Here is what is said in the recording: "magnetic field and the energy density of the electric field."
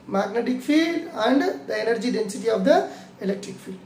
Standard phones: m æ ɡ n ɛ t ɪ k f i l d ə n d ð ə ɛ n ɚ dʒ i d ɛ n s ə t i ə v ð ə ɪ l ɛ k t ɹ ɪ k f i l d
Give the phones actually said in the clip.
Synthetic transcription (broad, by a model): m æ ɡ n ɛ t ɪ k f i l d ə n d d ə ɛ n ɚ dʒ i d ɛ n s ə t i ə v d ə ɪ l ɛ k t ɹ ɪ k f i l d